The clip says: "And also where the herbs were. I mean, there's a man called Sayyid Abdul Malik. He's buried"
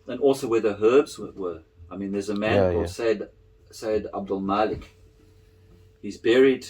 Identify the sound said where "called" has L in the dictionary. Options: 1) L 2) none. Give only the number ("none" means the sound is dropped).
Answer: 2